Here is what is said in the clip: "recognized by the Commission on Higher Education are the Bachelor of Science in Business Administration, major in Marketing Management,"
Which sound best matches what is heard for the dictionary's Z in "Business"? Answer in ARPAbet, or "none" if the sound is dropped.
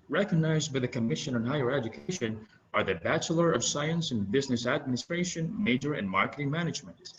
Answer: Z